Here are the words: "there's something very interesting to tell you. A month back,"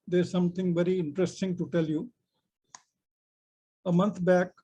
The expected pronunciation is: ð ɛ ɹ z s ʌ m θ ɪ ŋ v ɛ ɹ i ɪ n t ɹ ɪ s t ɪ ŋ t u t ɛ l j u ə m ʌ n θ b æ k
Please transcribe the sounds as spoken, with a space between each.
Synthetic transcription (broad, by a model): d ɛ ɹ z s ʌ m t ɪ ŋ v ɛ ɹ i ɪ n t ɹ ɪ s t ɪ ŋ t u t ɛ l j u ə m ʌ n t b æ k